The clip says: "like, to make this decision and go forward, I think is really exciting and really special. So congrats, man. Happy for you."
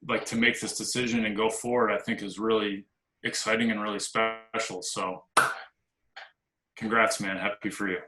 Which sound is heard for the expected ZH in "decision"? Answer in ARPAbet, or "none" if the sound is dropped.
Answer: ZH